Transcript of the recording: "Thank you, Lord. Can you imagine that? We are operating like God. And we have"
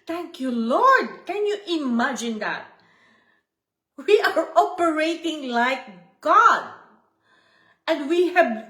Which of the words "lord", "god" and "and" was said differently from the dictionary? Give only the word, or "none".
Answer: none